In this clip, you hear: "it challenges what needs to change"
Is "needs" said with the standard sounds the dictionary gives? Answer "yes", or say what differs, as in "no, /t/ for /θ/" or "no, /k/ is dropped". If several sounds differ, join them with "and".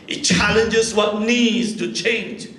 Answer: yes